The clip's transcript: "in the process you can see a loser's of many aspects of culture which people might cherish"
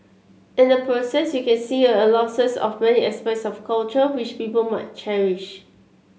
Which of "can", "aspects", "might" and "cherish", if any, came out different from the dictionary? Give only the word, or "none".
aspects